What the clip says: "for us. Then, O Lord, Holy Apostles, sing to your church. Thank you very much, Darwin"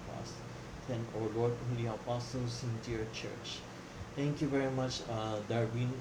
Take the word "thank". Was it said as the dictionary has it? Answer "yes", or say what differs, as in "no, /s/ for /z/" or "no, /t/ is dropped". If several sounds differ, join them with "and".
no, /t/ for /θ/